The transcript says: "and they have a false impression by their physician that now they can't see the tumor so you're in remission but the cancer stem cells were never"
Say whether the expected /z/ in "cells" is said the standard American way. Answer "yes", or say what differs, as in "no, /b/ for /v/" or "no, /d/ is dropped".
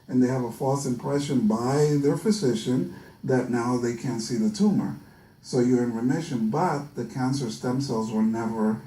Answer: yes